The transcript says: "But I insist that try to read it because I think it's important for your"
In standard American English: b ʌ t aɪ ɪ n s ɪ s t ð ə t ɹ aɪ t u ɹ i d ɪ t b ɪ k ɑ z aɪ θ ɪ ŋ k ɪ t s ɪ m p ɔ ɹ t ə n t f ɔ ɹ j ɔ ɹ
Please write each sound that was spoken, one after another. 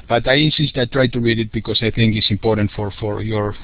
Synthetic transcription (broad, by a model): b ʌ t aɪ ɪ n s ɪ s t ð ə t ɹ aɪ t u ɹ i d ɪ t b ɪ k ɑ s aɪ θ ɪ ŋ k ɪ t s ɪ m p ɔ ɹ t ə n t f ɔ ɹ j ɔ ɹ